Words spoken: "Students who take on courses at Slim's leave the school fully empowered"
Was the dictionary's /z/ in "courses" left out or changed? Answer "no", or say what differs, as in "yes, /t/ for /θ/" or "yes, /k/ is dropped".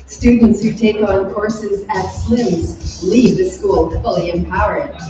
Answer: no